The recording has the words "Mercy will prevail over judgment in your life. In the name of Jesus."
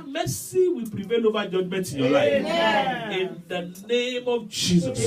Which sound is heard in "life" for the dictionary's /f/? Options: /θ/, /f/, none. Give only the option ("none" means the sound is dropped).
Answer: none